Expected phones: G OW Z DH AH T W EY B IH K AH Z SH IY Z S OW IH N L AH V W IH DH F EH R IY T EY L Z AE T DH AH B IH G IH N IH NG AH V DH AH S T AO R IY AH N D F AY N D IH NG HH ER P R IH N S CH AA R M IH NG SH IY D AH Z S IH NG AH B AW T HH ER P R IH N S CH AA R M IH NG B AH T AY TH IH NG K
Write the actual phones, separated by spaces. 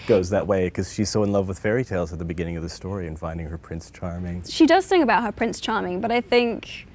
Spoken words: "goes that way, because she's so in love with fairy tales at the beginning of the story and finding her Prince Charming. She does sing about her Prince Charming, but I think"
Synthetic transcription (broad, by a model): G OW Z DH AH T W EY IH K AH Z SH IY Z S OW IH N L AH V W IH DH F EH R IY T EY L Z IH T DH AH B IH G IH N IH NG AH V DH AH S T AO R IY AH N F AY N D IH NG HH ER P R IH N S CH AA R M IH NG SH IY D AH Z TH IH NG AH B AW T HH ER P R IH N S CH AA R M IH NG B AH T AY TH IH NG K